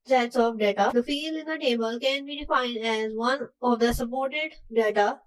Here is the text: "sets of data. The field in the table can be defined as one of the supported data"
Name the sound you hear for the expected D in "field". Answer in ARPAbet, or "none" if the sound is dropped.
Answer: none